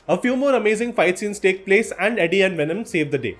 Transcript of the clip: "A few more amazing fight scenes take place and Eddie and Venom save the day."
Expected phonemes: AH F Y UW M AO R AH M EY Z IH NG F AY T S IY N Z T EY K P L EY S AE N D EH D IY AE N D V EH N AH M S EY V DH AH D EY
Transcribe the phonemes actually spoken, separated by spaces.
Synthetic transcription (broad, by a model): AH F Y UW M AO R AH M EY Z IH NG F AY T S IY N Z T EY K P L EY S AE N D EH D IY AE N D V EH N AH M S EY V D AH D EY